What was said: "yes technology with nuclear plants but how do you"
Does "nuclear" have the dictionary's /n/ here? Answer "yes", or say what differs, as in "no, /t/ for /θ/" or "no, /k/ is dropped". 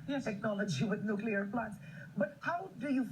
yes